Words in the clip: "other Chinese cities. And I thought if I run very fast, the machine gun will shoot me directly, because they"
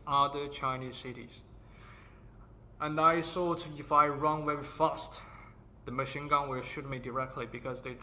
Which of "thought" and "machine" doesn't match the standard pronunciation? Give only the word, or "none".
thought